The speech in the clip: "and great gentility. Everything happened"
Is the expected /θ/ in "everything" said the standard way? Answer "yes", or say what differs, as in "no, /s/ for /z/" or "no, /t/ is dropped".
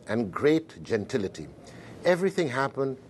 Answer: yes